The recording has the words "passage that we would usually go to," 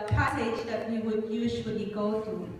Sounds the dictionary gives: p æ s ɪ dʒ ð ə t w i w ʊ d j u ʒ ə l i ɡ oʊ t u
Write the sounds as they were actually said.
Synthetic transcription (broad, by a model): p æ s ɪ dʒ ð ə t w i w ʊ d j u z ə w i ɡ oʊ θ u